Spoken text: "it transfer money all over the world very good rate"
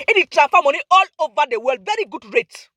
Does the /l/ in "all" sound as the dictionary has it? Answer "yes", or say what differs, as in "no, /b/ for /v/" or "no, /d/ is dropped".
yes